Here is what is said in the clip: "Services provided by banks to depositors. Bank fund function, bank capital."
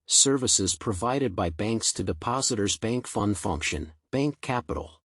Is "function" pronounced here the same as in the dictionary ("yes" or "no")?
yes